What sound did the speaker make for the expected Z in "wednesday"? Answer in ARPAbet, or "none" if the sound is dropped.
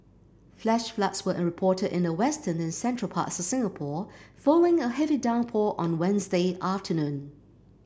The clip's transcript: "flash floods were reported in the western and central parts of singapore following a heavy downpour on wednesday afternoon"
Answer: Z